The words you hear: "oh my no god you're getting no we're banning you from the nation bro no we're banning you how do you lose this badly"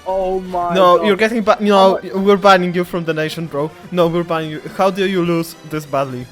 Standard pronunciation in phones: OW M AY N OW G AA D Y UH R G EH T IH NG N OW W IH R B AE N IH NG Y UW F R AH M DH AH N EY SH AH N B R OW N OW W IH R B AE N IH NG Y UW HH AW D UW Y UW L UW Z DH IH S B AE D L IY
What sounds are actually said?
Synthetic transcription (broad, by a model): OW M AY N OW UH Y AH R G EH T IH NG N OW W IH R B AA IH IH NG Y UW F R AH M DH AH N EY SH AH N B R OW N OW W IH R B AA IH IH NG Y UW HH AW D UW Y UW L UW Z DH IH S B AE D L IY